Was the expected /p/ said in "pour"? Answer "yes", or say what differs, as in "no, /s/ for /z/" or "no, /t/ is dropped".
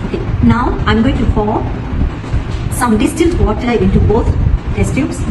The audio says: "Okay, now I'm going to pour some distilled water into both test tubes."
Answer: no, /f/ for /p/